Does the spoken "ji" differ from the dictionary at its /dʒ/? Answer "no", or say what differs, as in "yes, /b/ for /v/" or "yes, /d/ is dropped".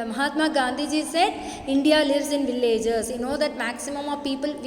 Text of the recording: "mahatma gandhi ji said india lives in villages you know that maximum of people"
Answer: no